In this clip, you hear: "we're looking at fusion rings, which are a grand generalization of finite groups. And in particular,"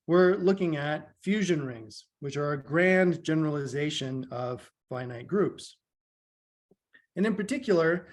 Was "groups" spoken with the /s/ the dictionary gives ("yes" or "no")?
yes